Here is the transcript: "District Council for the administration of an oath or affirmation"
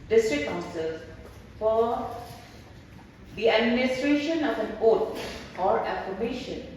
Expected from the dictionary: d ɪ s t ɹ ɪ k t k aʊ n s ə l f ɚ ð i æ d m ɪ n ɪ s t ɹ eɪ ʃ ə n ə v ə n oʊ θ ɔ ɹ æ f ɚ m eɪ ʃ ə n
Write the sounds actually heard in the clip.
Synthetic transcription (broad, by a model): d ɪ s t ɹ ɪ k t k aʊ n s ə l f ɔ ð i æ d m ɪ n ɪ s t ɹ eɪ ʃ ə n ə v ə n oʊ t ɔ ɹ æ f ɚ m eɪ ʃ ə n